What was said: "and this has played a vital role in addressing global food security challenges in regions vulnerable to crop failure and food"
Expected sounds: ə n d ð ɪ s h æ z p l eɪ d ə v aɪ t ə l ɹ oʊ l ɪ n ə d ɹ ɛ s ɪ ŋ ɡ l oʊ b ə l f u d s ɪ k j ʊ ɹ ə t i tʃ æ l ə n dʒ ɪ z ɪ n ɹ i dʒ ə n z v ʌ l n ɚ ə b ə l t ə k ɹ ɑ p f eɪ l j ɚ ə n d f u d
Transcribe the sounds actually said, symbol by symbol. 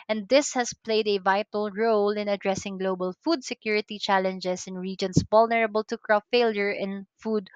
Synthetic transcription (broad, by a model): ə n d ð ɪ s h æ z p l eɪ d ə v aɪ t ə l ɹ oʊ l ɪ n ə d ɹ ɛ s ɪ ŋ ɡ l oʊ b ə l f u d s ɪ k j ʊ ɹ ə t i tʃ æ l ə n dʒ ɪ s ɪ n ɹ i dʒ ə n s v ʌ l n ɚ ə b ə l t ə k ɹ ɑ f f eɪ l j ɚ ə n f u d